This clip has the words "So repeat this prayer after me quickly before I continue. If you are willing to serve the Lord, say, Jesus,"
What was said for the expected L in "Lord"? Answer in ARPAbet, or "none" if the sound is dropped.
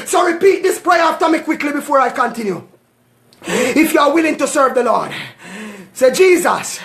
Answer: L